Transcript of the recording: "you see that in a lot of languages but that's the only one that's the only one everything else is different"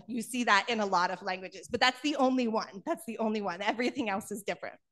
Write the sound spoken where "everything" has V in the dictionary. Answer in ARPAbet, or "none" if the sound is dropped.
V